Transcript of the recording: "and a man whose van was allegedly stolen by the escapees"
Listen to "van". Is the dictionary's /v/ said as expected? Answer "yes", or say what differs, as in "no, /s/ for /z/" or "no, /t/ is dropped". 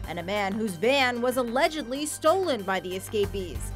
no, /b/ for /v/